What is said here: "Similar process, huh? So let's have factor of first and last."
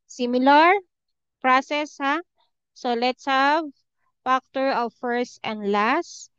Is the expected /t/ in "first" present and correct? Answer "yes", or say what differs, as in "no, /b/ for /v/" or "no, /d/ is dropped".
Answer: yes